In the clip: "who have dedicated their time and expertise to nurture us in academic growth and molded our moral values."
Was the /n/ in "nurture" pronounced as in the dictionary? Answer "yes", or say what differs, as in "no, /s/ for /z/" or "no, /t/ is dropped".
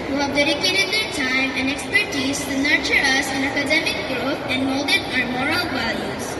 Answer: yes